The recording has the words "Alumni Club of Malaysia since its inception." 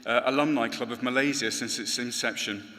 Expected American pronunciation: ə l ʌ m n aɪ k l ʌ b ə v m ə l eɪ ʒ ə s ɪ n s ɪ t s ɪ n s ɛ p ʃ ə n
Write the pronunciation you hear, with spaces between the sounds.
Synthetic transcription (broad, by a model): ə l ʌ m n aɪ k l ʌ b ə v m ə l eɪ z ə s ɪ n s ɪ t s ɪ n s ɛ p ʃ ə n